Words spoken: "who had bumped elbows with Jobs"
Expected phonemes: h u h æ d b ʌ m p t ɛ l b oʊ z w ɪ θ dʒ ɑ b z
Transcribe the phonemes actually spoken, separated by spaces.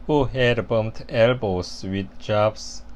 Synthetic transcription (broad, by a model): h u h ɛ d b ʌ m t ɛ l b oʊ s w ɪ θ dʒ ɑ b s